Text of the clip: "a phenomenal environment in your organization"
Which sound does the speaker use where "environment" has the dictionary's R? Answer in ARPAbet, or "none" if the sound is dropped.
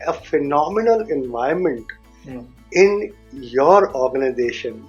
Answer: none